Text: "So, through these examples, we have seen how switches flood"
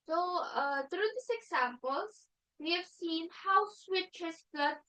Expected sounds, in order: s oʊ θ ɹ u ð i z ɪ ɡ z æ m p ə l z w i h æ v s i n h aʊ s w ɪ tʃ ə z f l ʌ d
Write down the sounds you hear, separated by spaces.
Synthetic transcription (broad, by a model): s oʊ t ɹ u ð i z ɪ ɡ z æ m p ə l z w i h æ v s i n h aʊ s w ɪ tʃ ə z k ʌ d